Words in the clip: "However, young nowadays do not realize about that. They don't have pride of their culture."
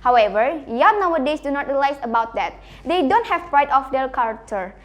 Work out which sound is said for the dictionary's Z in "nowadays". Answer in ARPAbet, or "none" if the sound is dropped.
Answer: S